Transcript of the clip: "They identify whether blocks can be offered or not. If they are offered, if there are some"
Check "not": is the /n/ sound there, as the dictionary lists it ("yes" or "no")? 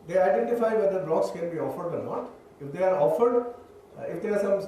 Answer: no